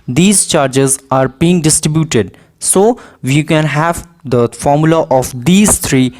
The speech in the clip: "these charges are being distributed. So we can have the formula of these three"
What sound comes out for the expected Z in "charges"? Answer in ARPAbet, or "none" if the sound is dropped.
Z